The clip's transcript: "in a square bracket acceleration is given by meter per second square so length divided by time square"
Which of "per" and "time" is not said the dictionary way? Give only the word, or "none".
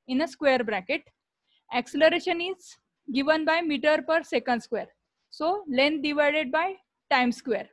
none